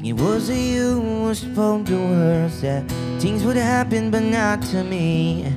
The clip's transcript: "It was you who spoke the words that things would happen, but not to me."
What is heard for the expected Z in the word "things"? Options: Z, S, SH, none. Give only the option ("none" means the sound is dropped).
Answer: Z